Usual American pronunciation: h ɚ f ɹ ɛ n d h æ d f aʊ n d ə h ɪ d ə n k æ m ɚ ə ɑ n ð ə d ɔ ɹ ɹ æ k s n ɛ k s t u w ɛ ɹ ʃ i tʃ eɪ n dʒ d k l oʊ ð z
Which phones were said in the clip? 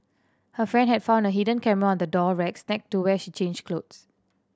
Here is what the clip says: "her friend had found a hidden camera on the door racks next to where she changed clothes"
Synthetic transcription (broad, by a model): h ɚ f ɹ ɛ n d h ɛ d f aʊ n d ə h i d ə n k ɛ m ɚ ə ɑ n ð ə d ɔ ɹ ɹ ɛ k s n ɛ k t u w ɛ ʃ i tʃ eɪ n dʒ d k l oʊ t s